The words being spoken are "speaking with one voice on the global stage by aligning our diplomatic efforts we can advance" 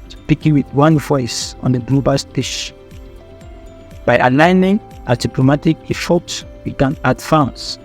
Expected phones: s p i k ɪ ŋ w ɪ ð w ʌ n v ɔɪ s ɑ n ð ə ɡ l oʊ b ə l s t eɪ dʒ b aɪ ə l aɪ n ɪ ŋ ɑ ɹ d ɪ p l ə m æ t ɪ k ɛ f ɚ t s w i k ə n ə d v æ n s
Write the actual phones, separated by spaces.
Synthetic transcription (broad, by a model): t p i k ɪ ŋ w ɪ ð w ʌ n v ɔɪ s ɑ n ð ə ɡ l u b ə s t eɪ ʃ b aɪ ə l aɪ n ɪ ŋ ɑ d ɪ p l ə m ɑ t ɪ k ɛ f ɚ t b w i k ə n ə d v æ n s